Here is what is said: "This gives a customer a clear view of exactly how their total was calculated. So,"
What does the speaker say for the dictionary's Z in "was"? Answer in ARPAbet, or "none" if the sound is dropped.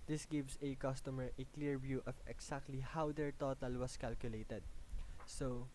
S